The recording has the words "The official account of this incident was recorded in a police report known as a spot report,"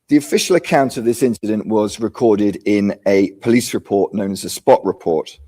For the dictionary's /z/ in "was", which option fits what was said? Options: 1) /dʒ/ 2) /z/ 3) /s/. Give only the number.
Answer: 2